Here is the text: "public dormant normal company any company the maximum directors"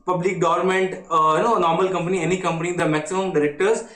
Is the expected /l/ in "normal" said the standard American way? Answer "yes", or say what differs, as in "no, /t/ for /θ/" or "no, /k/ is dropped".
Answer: yes